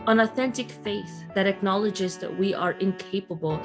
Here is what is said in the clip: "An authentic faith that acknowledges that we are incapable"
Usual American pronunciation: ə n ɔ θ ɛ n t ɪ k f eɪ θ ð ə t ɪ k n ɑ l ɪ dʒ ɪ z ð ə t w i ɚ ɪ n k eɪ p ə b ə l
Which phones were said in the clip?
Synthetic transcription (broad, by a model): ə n ɔ θ ɛ n t ɪ k f eɪ θ ð ə t ɪ k n ɑ l ɪ dʒ ɪ z ð ə t w i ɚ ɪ n k eɪ p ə b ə l